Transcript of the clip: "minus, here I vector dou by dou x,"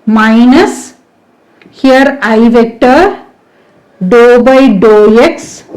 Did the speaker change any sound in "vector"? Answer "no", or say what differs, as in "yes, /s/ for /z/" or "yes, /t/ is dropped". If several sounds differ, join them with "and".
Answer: no